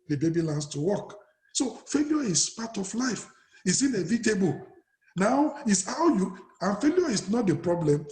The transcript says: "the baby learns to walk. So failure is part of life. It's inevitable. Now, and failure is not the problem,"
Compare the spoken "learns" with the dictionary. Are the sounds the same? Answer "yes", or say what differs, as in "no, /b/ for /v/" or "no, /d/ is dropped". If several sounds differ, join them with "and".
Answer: no, /s/ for /z/